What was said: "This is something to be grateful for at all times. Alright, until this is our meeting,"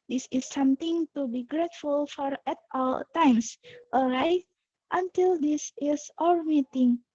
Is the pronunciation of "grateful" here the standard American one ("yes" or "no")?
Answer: yes